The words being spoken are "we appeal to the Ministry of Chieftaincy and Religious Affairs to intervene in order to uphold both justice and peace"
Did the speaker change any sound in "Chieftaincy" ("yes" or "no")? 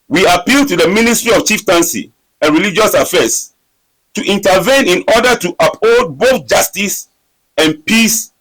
no